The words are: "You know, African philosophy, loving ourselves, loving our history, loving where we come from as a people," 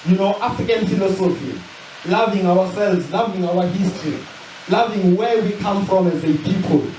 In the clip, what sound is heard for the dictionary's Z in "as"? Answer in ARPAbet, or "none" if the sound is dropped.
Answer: Z